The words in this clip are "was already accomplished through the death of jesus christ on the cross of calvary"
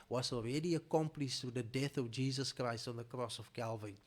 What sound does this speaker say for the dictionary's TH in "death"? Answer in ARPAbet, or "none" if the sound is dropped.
TH